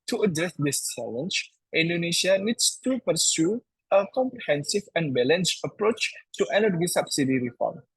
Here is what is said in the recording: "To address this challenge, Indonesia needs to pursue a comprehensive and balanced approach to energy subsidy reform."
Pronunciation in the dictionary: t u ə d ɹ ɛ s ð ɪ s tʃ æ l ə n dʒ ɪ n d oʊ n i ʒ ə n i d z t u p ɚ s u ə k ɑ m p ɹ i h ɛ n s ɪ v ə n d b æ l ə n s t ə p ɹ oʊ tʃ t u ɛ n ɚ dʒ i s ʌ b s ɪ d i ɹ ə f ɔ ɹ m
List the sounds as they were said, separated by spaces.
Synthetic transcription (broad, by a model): t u ə d ɹ ɛ s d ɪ s tʃ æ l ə n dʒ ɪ n d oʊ n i ʃ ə n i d s t u p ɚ s u ə k ɑ m p ɹ i h ɛ n s ɪ v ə n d b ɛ l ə n s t ə p ɹ oʊ tʃ t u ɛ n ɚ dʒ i s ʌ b s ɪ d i ɹ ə f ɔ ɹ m